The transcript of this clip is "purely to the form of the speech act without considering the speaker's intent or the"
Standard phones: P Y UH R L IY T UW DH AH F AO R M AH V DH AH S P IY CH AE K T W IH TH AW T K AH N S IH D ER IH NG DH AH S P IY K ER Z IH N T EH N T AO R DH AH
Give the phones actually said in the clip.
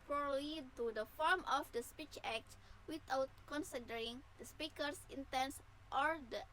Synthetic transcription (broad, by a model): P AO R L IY T UW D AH F AO R M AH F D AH S P IY CH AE K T W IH T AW T K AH N S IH D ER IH NG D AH S P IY K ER S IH N T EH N T AO R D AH